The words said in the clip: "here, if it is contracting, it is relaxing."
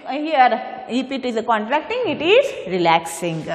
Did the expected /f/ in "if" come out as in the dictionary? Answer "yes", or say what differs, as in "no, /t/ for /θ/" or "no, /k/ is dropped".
no, /p/ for /f/